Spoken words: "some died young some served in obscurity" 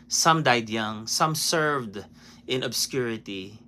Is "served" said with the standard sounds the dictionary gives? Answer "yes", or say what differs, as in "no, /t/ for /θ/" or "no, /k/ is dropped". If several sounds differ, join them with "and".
yes